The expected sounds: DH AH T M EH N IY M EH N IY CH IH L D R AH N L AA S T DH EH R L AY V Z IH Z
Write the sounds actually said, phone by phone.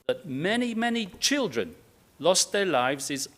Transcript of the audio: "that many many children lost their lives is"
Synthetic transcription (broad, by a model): DH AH T M EH N IY M EH N IY CH IH L D R AH N L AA S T DH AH R L AY V Z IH Z